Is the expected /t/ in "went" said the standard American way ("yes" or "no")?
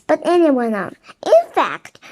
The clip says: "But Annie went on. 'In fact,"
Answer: no